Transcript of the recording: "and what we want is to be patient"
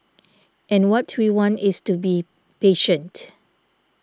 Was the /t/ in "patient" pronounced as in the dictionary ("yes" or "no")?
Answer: yes